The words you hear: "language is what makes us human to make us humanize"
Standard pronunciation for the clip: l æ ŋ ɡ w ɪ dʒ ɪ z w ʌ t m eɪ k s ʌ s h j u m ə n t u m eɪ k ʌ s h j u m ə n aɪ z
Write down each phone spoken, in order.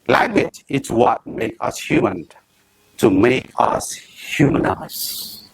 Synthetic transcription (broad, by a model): l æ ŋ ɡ w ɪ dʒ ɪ s w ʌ t m eɪ k ʌ s h j u m ə n t u m eɪ k ʌ s h j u m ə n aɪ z